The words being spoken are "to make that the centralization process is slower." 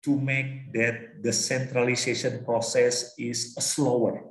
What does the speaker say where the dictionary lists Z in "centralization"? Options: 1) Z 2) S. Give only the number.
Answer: 2